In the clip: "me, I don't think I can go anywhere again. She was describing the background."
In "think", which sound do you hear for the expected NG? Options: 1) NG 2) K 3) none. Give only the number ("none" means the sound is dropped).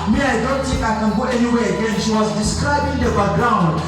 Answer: 3